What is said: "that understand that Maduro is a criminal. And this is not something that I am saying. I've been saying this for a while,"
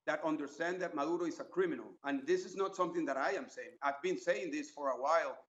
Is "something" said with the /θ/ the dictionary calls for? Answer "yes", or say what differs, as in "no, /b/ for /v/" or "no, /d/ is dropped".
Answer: yes